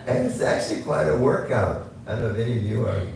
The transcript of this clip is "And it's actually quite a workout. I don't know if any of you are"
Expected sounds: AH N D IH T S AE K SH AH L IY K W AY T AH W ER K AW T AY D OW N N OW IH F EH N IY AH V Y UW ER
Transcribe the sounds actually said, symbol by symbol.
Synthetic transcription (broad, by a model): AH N IH T S AE K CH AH L IY K W AY T AH W ER K AW T AY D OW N N OW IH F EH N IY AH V Y UW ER